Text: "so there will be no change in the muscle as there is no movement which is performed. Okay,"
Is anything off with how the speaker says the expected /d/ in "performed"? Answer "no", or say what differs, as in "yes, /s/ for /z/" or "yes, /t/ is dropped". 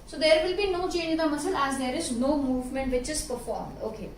no